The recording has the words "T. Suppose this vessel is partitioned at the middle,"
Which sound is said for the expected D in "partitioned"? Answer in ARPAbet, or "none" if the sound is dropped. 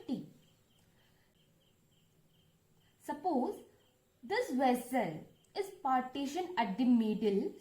none